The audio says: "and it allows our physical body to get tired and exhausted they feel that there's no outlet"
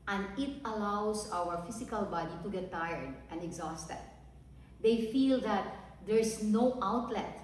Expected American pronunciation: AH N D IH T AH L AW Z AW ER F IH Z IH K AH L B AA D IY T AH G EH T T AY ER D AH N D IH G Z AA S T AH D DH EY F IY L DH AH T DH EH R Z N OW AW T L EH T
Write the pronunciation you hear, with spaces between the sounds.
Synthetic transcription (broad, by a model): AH N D IH T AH L AW S AW ER F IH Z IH K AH L B AA D IY T AH G EH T T AY ER D AH N D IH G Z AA S T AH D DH EY F IY L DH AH T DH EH R S N OW AW T L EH T